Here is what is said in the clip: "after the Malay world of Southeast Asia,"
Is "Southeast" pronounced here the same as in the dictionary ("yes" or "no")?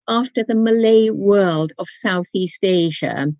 yes